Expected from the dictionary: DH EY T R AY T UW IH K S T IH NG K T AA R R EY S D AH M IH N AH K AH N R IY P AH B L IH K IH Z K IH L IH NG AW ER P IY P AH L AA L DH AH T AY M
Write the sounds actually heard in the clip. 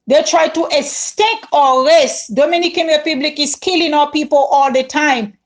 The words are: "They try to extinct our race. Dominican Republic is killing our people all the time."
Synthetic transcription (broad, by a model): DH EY T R AY T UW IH S T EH K AA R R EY S D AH M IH N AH K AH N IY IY P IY B L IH K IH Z K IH L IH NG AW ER P IY P AH L AA L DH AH T AY M